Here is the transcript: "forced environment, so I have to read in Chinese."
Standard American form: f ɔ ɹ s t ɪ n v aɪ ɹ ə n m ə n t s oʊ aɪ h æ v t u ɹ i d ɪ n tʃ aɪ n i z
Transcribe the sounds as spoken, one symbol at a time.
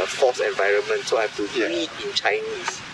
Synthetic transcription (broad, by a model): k ɔ s ɪ n v aɪ ɹ ə n m ə n t s oʊ aɪ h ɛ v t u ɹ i ɪ n tʃ aɪ n i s